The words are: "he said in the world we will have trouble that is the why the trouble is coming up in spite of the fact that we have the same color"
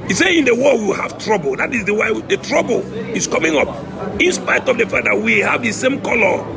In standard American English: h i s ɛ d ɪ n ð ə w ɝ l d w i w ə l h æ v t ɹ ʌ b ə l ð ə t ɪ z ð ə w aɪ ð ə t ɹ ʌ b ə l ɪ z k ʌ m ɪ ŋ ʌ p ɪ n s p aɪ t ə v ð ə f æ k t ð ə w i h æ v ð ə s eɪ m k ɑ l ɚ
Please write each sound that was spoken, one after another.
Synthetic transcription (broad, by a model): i s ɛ ɪ n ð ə w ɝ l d w i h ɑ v t ɹ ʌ b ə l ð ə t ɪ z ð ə w aɪ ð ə t ɹ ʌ b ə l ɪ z k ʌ m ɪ ŋ ʌ p ɪ n s p aɪ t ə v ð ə f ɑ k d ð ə w i h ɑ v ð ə s eɪ m k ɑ l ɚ